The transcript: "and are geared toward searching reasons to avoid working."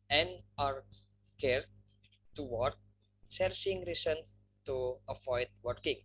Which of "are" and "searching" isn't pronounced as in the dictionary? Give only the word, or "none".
searching